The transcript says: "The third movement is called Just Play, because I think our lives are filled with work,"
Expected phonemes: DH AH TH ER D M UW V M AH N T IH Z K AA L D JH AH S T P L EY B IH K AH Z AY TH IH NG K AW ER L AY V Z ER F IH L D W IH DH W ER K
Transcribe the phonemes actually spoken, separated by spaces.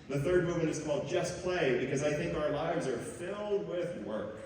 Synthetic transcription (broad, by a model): DH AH TH ER D M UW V M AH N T IH Z K AA L D JH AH S P L EY B IH K AH Z AY TH IH NG K AW ER L AY V Z ER F IH L D W IH DH W ER K